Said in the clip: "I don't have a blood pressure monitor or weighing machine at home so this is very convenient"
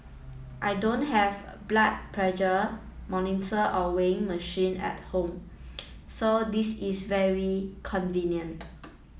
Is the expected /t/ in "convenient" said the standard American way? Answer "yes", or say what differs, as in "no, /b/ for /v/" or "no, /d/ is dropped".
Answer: yes